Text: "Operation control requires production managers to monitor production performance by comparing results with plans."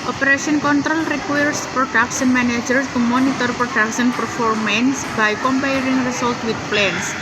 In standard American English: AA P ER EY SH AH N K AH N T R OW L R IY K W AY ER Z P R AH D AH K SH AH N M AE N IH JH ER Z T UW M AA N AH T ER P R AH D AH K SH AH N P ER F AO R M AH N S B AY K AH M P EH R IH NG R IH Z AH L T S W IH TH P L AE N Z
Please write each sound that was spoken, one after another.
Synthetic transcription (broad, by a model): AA P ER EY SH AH N K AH N T R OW L R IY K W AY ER S P R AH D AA K S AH N M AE N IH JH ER S T UW M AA N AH T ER P R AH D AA K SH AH N P ER F AO R M AH N S B AY K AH M P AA R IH NG R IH S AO L T W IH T P L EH N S